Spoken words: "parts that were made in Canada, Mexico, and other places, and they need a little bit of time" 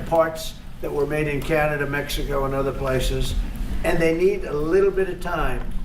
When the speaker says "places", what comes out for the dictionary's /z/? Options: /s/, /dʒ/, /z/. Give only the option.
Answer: /z/